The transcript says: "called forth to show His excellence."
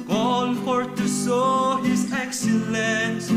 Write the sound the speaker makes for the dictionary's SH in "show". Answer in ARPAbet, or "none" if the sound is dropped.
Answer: S